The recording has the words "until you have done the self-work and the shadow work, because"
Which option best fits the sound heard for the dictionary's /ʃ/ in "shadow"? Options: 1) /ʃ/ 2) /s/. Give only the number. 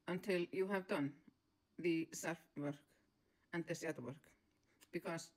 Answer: 2